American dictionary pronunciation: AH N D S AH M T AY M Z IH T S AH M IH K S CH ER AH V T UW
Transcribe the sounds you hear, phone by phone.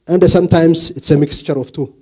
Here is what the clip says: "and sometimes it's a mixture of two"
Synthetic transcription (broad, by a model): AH N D S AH M T AY M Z IH T S AH M IH K S CH ER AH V T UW